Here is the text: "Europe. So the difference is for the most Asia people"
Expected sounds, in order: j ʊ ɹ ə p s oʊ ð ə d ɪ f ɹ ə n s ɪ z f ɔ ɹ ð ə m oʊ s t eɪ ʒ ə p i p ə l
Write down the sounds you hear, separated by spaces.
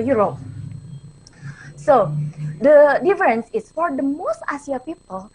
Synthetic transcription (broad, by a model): j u ɹ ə p s oʊ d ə d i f ɹ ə n s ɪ s f ɔ ɹ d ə m oʊ s t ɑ s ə p i p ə l